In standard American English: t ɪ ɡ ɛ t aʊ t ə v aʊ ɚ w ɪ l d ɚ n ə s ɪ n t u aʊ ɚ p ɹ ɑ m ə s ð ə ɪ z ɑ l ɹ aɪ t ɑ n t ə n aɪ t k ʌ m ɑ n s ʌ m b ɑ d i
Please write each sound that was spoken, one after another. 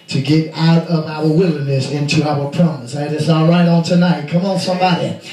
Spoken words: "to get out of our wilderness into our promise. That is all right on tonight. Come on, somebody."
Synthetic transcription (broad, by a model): t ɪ ɡ ɛ t aʊ t ə v aʊ ɚ w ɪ l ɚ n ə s ɪ n t u aʊ ɚ p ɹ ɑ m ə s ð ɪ s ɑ ɹ aɪ t n t ə n aɪ t k ʌ m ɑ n s ʌ m b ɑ d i